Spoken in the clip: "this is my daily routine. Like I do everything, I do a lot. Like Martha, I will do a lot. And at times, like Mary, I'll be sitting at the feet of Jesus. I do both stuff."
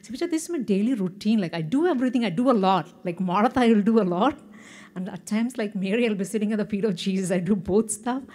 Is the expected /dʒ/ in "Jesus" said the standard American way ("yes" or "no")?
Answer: no